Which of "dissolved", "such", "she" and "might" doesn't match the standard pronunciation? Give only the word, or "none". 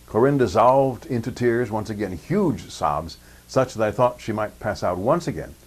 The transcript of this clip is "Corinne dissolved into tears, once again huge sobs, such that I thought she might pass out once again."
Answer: none